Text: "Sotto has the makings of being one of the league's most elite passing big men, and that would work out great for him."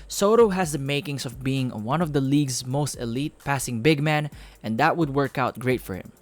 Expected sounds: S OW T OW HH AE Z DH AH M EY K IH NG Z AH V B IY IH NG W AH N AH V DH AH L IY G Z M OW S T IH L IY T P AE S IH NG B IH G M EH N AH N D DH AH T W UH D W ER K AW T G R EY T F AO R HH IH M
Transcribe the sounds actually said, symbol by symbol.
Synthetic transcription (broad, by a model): S OW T OW HH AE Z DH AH M EY K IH NG S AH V B IY IH NG W AH N AH V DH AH L IY G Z M OW S T IH L IY T P AE S IH NG B IH G M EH N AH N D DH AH T W UH D W ER K AW T G R EY T F AO R HH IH M